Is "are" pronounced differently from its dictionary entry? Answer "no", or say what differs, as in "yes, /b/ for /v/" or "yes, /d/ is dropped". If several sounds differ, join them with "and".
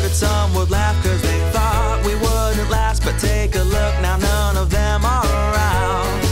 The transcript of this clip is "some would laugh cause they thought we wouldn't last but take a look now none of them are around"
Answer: yes, /l/ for /ɹ/